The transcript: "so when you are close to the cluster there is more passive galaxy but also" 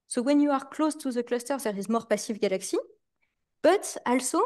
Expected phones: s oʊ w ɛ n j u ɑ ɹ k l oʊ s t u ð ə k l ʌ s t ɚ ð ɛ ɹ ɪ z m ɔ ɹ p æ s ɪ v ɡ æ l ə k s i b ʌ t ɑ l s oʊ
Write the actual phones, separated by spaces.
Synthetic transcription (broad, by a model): s oʊ w ɛ n j u ɑ ɹ k l oʊ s t u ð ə k l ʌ s t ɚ ð ɛ ɹ ɪ z m ɔ ɹ p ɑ s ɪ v ɡ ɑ l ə k s i b ʌ t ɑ l s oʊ